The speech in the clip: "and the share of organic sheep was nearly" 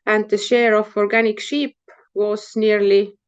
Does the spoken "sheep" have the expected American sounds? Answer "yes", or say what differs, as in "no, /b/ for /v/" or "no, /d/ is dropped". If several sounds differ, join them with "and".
yes